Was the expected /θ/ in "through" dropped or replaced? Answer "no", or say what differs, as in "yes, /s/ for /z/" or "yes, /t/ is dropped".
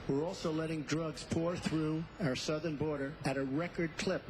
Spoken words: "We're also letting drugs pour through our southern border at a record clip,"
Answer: no